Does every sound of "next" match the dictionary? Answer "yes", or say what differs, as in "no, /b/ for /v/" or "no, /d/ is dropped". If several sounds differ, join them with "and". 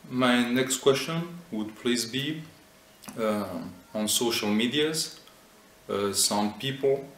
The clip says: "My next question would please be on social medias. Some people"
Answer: yes